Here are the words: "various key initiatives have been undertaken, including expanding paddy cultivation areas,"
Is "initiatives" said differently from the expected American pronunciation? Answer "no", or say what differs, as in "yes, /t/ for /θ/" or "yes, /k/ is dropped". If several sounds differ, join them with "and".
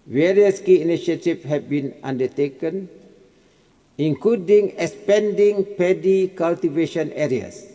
yes, /z/ is dropped